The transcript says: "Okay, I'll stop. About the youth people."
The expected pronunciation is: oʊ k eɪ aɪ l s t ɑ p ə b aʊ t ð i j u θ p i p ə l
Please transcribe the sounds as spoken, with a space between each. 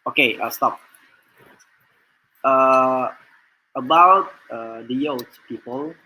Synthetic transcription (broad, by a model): oʊ k eɪ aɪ s t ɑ p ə b aʊ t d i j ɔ s p i p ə l